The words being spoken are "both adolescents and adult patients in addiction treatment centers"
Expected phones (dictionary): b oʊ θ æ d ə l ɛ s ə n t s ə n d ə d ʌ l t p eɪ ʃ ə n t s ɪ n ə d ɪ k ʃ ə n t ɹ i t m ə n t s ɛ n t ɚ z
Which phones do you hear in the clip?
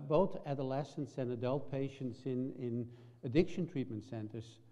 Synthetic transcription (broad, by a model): b oʊ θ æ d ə l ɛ s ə n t s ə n ə d ʌ l t p eɪ ʃ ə n t s ɪ n ə d ɪ k ʃ ə n t ɹ i t m ə n t s ɛ n t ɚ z